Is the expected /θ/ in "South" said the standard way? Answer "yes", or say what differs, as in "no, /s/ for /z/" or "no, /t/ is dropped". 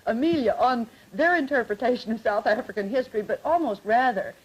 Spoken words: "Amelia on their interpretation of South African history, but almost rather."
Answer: yes